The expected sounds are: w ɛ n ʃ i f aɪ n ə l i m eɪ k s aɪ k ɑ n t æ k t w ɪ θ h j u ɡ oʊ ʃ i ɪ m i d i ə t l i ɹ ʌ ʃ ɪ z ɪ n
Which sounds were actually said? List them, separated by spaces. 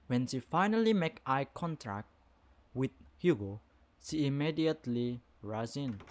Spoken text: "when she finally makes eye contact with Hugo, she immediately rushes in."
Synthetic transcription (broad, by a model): w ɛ n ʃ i f aɪ n ə l i m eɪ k aɪ k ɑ n t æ k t w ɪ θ h j u ɡ oʊ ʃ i ɪ m i d i ə t l i ɹ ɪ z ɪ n